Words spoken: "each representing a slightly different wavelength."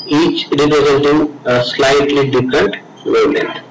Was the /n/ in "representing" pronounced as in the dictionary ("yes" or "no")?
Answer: no